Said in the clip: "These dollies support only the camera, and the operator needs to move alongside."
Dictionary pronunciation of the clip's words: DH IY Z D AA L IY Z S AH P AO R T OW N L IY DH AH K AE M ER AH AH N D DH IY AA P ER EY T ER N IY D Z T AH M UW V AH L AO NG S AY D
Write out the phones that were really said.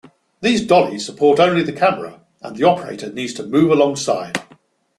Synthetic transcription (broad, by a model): DH IY Z D AA L IY Z S AH P AO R T OW N L IY DH AH K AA M ER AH AH N DH IY AA P ER EY T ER N IY D Z T AH M UW V AH L AO NG S AY D